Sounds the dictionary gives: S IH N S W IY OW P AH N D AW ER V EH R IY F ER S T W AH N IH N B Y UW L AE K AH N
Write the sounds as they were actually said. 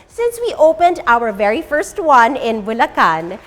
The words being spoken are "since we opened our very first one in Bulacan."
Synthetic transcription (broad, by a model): S IH N S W IY OW P AH N D AW ER V EH R IY F ER S T W AH N IH N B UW L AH K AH N